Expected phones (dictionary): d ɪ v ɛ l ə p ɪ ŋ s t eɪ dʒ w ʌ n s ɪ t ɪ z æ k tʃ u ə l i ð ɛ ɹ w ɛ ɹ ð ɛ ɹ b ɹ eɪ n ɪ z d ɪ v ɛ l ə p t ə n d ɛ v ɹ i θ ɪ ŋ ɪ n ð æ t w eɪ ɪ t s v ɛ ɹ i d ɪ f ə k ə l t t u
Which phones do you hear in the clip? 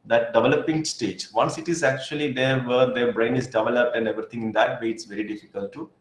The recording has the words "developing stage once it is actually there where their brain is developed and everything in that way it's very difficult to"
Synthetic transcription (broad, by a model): d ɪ v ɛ l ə p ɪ ŋ s t eɪ dʒ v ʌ n s ɪ t ɪ z æ k tʃ u ə l i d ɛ ɹ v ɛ ɹ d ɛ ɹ b ɹ eɪ n ɪ z d ɪ v ɛ l ə p t ə n d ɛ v ɹ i t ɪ ŋ ɪ n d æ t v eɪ ɪ t s v ɛ ɹ i d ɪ f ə k ə l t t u